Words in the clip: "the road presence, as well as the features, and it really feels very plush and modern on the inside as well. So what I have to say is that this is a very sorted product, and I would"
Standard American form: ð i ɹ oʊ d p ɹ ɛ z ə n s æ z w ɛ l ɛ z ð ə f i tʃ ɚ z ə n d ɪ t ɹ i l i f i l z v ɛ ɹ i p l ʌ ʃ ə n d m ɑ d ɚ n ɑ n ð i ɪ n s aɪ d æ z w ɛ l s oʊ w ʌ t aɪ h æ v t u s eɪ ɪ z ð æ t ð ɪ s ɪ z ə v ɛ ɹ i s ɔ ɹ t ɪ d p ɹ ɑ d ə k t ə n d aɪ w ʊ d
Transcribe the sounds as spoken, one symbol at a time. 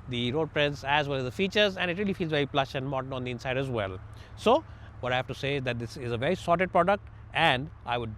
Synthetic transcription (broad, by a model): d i ɹ oʊ d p ɹ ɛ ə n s æ z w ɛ l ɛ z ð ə f i tʃ ɚ z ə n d ɪ t ɹ i l i f i l z v ɛ ɹ i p l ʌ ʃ ə n d m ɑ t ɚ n ɑ n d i ɪ n s aɪ d æ z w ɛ l s oʊ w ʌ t aɪ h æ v t u s eɪ ɪ z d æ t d ɪ s ɪ z ə v ɛ ɹ i s ɔ ɹ t ɪ d p ɹ ɑ d ə k t ə n d aɪ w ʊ d